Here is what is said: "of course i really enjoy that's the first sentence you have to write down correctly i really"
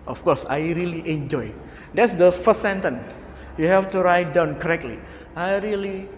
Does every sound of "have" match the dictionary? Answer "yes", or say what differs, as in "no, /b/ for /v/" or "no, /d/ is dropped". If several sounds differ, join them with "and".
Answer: no, /f/ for /v/